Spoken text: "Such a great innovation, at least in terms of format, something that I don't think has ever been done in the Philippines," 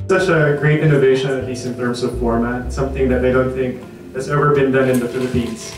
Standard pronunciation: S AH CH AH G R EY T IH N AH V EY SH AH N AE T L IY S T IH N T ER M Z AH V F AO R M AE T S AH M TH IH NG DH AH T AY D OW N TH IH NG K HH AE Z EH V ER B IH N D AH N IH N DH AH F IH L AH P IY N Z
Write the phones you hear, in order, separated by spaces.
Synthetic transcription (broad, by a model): S AH CH AH G R EY T IH N AH V EY SH AH N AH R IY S IH N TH ER M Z AH V F AO R M AE T S AH M TH IH NG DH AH T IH D OW N TH IH NG K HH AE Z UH V ER B IH N D AH N IH N DH AH F IH L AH P IY N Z